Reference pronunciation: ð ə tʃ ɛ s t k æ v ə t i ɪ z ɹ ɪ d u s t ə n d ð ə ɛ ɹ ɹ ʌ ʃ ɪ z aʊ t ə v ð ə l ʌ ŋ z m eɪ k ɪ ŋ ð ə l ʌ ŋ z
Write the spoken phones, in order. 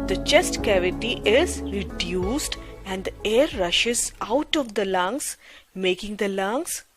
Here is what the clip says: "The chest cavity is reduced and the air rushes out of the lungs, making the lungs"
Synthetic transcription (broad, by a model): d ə tʃ ɛ s t k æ v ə t i ɪ z ɹ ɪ d u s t ə n d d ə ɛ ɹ ɹ ʌ ʃ ɪ z aʊ t ə v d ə l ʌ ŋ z m eɪ k ɪ ŋ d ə l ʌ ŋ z